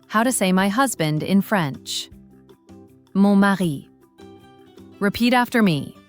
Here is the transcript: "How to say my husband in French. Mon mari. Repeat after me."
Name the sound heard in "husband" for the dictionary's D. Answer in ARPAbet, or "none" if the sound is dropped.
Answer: D